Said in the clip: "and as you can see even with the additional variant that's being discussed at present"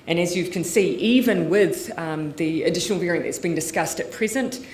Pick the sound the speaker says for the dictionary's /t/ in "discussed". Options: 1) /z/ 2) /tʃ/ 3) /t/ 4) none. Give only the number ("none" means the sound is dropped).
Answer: 3